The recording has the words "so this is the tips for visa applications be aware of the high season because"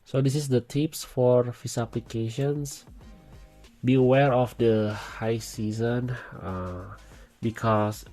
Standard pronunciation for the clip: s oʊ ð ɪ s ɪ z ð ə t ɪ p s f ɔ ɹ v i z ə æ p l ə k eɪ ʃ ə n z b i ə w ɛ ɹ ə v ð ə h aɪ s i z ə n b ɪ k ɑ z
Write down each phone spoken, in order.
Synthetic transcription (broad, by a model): s oʊ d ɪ s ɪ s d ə t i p s f ɔ ɹ f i s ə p l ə k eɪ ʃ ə n s b i ə w ɛ ɹ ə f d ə h aɪ s i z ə n b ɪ k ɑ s